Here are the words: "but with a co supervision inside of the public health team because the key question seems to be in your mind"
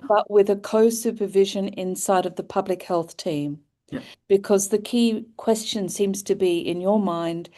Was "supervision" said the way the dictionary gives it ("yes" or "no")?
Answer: yes